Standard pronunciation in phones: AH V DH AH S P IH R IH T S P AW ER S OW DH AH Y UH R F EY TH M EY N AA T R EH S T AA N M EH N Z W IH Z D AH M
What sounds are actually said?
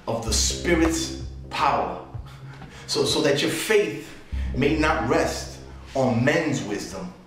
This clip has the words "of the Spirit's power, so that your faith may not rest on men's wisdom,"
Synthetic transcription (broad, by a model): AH V DH AH S P IH R IH T S P AW ER S OW DH AH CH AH R F EY TH M EY N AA T R EH S T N M EH N Z W IH Z D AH M